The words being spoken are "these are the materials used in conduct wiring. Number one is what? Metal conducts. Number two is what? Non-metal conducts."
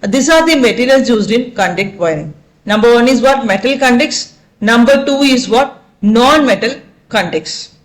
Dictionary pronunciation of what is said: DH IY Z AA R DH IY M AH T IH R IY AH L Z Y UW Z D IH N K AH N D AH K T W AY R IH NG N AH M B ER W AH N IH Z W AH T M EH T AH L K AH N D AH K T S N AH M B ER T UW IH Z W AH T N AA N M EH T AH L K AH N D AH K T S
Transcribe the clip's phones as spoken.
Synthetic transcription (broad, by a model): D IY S AA R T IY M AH T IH L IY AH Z Y UW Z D IH N K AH N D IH K T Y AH R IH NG N AH M B ER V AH N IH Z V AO T M EH T AH L K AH N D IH K S N AH M B ER T UW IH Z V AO T N AA N M EH T AH L K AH N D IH K S